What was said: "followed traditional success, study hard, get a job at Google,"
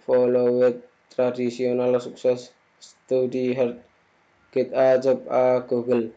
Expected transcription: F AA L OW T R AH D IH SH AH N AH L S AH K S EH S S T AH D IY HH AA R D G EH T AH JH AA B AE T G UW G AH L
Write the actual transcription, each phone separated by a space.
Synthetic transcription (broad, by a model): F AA L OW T R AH D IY S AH N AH L S AH K S EH S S T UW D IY HH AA R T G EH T AH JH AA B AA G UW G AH L